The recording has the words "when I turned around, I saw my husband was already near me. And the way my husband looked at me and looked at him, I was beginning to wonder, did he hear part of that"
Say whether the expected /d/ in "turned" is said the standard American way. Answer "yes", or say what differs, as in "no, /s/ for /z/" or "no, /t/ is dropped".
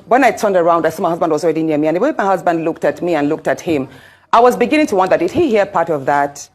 yes